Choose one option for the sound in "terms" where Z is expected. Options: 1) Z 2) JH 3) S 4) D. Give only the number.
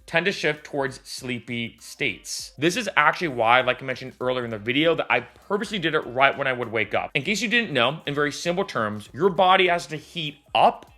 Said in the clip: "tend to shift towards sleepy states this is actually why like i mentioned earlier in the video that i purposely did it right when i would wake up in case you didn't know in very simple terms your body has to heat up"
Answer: 1